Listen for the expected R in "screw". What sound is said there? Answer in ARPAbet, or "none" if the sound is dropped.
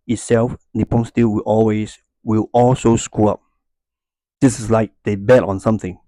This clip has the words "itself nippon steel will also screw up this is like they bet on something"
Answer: none